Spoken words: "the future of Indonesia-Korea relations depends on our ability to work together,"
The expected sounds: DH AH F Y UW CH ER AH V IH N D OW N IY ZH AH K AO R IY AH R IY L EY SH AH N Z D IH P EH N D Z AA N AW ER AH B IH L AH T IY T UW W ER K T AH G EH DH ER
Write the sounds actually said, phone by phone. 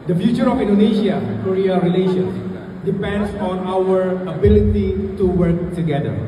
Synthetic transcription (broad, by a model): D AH F Y UW CH ER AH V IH N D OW N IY SH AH K AO R IY AH R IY L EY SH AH N S D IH P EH N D S AA N AW ER AH B IH L AH T IY T UW W ER K T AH G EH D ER